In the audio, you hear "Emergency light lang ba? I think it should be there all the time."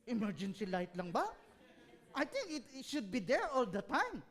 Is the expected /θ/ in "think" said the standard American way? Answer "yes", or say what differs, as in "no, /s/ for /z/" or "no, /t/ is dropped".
no, /t/ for /θ/